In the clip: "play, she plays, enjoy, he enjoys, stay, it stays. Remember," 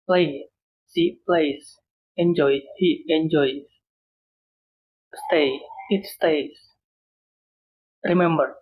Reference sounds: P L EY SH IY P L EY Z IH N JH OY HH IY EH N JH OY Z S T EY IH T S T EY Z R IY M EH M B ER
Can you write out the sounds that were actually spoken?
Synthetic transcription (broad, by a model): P L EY S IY P L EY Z IH N JH OY HH IY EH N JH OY S T EY IH T S T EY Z R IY M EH M B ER